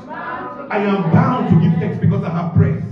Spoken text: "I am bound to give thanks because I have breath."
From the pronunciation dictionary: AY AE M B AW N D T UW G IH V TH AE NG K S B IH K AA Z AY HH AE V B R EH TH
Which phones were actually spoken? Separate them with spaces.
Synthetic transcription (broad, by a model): AY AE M B AW N D T UW G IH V T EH K S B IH K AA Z AY HH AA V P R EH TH